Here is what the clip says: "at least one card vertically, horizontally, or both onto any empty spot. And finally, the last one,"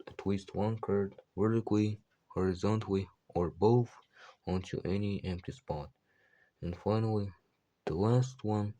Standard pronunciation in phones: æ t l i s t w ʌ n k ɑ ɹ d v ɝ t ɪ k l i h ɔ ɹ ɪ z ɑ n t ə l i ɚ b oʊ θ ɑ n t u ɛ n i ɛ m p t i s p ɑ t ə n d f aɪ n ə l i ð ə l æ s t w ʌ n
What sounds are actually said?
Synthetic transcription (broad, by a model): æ t l i s t w ʌ n k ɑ ɹ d w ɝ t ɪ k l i h ɔ ɹ ɪ z ɑ n t ə l i ɚ b oʊ θ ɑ n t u ɛ n i ɛ m p t i s p ɑ t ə n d f aɪ n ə l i ð ə l æ s t w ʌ n